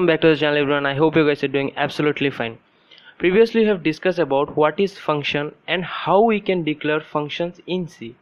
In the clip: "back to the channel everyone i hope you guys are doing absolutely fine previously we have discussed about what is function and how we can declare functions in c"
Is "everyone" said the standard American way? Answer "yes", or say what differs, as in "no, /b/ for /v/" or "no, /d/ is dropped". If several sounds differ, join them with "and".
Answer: no, /b/ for /v/